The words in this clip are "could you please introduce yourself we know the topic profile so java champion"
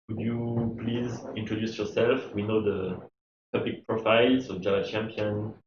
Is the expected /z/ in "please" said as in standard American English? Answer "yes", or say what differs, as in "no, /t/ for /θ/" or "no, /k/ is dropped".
yes